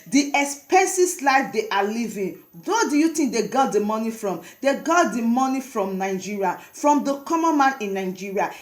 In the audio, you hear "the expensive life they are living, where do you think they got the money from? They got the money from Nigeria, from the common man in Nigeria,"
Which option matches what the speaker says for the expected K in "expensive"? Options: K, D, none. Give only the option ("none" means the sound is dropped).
none